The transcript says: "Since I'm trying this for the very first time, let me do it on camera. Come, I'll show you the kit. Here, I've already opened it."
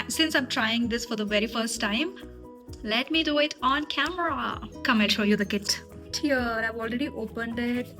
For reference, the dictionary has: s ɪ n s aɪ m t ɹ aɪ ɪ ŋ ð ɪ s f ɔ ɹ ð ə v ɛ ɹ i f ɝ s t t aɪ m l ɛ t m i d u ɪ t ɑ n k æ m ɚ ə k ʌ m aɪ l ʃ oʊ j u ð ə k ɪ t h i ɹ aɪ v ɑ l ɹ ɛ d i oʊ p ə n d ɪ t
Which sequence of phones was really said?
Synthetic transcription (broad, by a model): s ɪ n s aɪ m t ɹ aɪ ɪ ŋ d ɪ s f ɔ ɹ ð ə v ɛ ɹ i f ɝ s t t aɪ m l ɛ t m i d u ɪ t ɑ n k æ m ɚ ə k ʌ m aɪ n ʃ oʊ j u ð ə k ɪ t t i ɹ aɪ v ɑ l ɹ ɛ d i oʊ p ə n d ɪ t